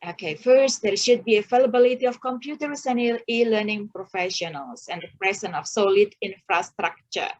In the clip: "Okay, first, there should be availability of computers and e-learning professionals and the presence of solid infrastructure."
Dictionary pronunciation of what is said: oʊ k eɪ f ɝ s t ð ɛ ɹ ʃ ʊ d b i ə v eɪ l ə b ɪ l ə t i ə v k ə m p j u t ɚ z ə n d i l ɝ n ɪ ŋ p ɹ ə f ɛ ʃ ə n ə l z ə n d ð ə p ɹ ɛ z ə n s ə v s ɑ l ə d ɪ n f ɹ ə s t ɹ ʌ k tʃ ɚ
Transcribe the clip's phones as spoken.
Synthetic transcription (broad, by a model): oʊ k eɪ f ɝ s t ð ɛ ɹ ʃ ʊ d b i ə f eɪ l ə b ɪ l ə t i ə f k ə m p j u t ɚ s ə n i i l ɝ n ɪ ŋ p ɹ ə f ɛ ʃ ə n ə l s ə n d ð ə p ɹ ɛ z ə n ə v s ɑ l ə d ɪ n f ɹ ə s t ɹ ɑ k tʃ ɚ